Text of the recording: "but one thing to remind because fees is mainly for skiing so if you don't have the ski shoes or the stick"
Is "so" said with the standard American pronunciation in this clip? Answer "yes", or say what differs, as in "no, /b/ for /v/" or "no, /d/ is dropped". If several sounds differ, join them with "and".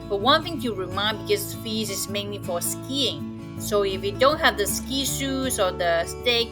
yes